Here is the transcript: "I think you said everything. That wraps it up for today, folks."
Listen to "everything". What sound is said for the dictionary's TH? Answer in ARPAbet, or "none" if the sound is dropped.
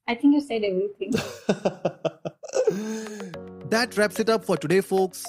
T